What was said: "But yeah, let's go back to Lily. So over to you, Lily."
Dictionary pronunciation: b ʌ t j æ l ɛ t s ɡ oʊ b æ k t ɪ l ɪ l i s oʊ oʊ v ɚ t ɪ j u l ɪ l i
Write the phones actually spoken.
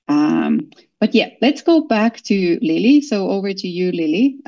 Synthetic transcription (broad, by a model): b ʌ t j æ l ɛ t s ɡ oʊ b æ k t ɪ l ɪ l i s oʊ oʊ v ɚ t ɪ j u l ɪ l i